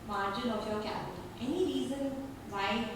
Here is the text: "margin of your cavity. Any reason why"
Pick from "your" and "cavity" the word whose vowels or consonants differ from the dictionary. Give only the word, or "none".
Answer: cavity